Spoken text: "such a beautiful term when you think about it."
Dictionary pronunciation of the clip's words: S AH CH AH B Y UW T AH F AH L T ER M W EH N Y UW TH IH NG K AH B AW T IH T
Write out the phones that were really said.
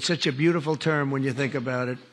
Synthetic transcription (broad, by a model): S AH CH AH B Y UW T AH F L T ER M W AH N Y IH TH IH NG K AH B AW T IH T